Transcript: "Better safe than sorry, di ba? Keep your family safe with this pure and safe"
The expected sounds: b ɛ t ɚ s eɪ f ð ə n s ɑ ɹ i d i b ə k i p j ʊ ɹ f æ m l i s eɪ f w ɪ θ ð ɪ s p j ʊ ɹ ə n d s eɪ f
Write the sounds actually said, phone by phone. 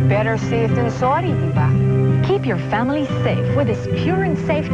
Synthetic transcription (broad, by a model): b ɛ t ɚ s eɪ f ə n s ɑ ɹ d i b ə k i p j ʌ ɹ f æ m l i s eɪ f w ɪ ð ɪ s p j ʊ ɹ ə n s eɪ f